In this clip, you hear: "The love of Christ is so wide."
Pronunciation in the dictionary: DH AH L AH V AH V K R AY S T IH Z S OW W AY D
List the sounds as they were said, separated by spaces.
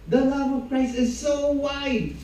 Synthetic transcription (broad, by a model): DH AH L AH V AH V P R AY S IH Z S OW W AY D